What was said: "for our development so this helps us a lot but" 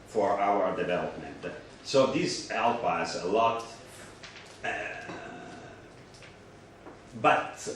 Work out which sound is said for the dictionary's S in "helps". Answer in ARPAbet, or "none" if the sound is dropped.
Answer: none